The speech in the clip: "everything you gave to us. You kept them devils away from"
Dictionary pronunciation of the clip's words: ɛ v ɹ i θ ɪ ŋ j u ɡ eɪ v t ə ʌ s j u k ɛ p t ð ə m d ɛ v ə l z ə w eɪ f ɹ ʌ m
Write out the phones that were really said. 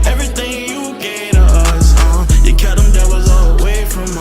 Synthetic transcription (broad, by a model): ɛ v ɹ i θ ɪ ŋ j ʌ ɡ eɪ t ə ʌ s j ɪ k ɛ t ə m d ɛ w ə z ə w eɪ f ɹ ʌ m